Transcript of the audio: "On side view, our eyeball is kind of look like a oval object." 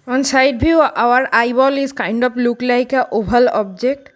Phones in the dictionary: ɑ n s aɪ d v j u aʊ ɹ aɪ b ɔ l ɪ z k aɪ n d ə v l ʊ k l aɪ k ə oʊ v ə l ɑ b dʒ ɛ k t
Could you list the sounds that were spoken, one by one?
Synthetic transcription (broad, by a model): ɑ n s aɪ d b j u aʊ ɹ aɪ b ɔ l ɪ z k aɪ n d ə p l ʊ k l aɪ k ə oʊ b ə l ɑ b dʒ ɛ k t